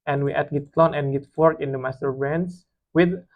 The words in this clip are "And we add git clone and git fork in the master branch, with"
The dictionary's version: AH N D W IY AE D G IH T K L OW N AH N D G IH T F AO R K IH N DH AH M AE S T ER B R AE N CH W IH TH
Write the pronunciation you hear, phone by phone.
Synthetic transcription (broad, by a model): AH N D W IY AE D G IH T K L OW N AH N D G IH T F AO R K IH N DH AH M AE S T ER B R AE N S W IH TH